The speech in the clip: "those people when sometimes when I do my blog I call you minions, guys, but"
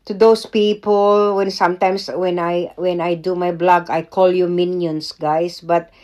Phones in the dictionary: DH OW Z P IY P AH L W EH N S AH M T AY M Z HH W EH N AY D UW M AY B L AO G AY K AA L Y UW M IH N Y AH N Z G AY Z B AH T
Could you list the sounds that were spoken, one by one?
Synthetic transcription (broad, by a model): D OW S P IY P AH L W EH N S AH M T AY M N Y W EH N AY D UW M AY B L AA G AY K AA L Y UW M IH N Y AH N S G AY S B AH T